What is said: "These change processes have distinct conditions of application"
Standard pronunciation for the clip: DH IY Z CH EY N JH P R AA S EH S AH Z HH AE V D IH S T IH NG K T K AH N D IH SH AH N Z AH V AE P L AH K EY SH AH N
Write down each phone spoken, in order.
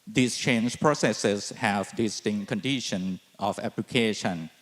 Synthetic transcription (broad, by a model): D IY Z CH EY N JH P R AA S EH S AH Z HH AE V D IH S T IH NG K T K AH N D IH SH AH N AH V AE P L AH K EY SH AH N